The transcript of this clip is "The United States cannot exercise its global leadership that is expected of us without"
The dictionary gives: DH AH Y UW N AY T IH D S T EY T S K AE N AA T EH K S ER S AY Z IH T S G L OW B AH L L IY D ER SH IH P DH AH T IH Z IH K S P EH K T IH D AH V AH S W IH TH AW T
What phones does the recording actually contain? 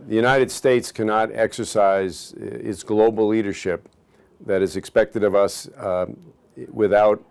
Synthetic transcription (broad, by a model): DH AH Y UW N AY T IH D S T EY T S K AE N AA T EH K S ER S AY Z IH T S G L OW B L L IY D ER SH IH P DH AH T IH Z IH K S P EH K T IH D AH V AH S W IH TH AW T